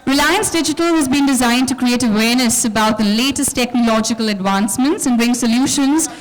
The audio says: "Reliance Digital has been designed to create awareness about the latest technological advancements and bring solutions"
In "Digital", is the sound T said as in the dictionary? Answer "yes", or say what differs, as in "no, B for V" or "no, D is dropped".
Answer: yes